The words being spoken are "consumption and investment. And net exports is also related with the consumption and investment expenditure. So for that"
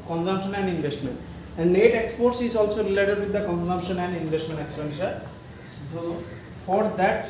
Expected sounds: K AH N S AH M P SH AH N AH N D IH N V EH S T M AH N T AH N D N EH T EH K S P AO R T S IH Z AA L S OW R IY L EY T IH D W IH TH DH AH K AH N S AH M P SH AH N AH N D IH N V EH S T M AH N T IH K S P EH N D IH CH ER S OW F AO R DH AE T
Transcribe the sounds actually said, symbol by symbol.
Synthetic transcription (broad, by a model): K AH N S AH M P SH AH N AH N D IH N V EH S T M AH N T AH N D N EH T EH K S P AO R T S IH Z AA L S OW R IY L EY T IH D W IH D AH K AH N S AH M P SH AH N AH N D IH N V EH S T M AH N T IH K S AH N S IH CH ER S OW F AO R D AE T